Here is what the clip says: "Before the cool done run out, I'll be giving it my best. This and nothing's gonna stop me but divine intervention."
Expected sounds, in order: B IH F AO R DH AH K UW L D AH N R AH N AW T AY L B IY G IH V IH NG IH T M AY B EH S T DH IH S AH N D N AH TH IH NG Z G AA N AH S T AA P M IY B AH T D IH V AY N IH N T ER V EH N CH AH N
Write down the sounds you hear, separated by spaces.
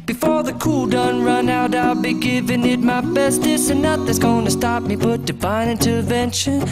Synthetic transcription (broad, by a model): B IH F AO R DH AH K UW L D AH N R AH N AW T AY L B IY G IH V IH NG IH T M AY B EH S T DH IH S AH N N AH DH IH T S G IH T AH S T AA P M IY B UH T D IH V AY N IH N T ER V EH N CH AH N